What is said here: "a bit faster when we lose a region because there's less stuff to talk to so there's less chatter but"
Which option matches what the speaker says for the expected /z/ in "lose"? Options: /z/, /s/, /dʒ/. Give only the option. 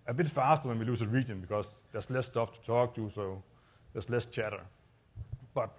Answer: /s/